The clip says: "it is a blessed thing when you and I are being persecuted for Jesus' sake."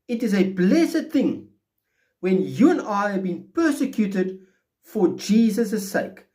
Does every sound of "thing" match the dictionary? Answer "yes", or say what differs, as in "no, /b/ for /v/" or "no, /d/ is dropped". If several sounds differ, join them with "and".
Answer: yes